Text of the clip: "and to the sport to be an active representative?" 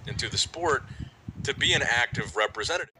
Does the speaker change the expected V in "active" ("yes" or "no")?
no